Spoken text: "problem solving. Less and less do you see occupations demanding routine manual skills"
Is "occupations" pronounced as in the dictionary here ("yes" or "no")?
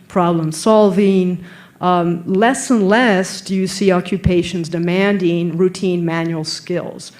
yes